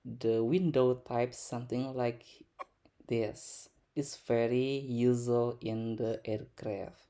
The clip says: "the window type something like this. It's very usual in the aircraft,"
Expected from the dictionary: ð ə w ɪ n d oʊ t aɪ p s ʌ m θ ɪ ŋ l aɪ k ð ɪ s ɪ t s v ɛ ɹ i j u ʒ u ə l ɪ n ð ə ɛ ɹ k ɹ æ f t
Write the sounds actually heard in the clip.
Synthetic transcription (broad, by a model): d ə w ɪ n d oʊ t aɪ p s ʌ m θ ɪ ŋ l aɪ k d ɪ s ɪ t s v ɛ ɹ i j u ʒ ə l ɪ n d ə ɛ ɹ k ɹ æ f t